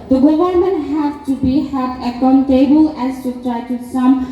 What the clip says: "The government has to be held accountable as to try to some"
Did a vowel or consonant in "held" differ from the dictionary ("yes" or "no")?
yes